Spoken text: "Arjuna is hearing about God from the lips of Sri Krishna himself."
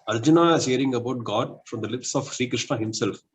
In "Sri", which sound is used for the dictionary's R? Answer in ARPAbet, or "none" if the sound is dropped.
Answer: R